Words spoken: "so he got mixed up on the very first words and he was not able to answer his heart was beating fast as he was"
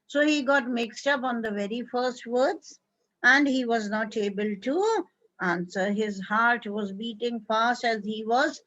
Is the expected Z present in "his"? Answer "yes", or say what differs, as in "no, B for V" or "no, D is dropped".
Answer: yes